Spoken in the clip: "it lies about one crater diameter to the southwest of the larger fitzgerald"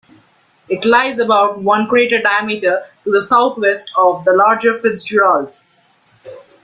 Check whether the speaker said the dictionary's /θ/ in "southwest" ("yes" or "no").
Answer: no